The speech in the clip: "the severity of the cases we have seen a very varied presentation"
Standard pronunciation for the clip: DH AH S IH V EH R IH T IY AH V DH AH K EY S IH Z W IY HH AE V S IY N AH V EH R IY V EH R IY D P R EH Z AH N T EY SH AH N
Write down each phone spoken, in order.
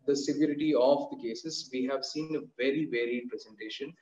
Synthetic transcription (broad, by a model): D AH S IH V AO R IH T IY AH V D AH K EY S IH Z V IY HH AE V S IY N AH V EH R IY V EH R IY D P R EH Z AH N T EY SH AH N